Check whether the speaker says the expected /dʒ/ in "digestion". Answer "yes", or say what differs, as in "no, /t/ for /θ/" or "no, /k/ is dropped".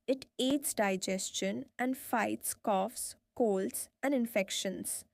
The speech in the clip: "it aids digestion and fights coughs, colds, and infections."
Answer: yes